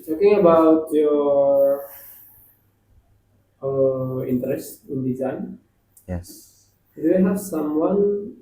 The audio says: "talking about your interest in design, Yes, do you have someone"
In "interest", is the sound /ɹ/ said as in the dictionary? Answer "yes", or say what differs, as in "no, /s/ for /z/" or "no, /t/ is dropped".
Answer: yes